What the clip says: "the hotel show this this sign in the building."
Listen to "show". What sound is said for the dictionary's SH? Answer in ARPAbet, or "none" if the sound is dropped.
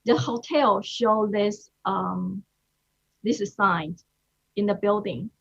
SH